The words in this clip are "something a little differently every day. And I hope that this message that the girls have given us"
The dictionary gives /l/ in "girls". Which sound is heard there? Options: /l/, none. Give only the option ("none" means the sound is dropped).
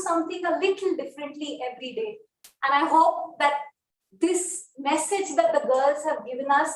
/l/